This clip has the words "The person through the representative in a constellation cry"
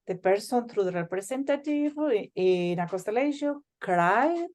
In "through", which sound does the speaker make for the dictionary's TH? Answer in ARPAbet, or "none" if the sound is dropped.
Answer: T